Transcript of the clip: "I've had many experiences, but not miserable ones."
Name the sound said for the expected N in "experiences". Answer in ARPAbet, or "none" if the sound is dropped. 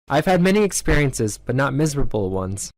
N